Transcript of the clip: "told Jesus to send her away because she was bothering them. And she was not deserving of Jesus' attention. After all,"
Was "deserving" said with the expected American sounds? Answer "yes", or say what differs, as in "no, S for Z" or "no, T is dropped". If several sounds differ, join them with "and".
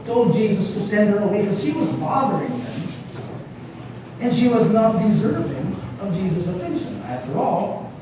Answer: yes